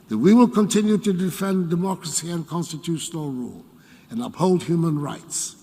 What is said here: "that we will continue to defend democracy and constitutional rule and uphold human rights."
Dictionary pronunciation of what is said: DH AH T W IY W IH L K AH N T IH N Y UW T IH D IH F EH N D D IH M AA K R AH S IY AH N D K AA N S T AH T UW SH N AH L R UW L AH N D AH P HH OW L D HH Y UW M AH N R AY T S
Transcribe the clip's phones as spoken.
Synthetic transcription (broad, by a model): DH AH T W IY W IH L K AH N T IH N Y UW T IH D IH F EH N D D IH M AA K R AH S IY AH N K AA N S T AH T UW SH N AH L R UW L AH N AH P HH OW L D HH Y UW M AH N R AY T S